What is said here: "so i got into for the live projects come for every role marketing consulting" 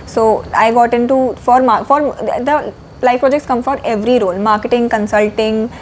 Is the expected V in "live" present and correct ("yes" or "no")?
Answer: no